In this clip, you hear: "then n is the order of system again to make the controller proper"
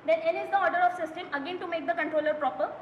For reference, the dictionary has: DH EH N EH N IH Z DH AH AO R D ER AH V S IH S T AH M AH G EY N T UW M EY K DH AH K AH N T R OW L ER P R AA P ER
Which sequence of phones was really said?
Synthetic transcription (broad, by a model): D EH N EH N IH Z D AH AO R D ER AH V S IH S T AH M AH G EY N T UW M EY K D AH K AH N T R OW L ER P R AA P ER